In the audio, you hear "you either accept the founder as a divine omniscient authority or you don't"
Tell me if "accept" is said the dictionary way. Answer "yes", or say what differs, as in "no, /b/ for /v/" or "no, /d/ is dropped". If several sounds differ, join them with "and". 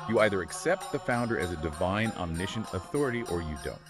yes